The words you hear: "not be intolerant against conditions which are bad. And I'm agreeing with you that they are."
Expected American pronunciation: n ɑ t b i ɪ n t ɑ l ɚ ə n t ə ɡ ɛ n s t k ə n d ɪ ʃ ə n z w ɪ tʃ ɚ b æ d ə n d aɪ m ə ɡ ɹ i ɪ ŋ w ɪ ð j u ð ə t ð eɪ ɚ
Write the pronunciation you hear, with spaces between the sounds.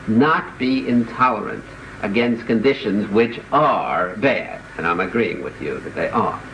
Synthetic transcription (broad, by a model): n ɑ t b i ɪ n t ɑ l ɚ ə n t ə ɡ ɛ n s t k ə n d ɪ ʃ ə n z w ɪ tʃ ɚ b æ d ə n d aɪ m ə ɡ ɹ i ɪ ŋ w ɪ ð j u ð ə t ð eɪ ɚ